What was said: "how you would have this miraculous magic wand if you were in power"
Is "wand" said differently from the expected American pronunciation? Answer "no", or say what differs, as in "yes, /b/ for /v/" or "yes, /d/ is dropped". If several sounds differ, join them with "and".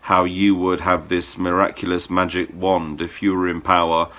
no